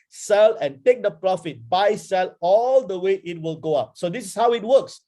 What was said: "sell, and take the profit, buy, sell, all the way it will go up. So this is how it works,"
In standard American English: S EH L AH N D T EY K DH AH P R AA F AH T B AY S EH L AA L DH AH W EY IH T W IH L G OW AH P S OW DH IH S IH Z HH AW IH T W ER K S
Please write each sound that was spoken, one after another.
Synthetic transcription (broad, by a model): S EH L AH N T EY K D AH P R AA F AH T B AY S EH L AA L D AH W EY IH T W IH L G OW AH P S OW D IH S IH S HH AW IH T W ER K S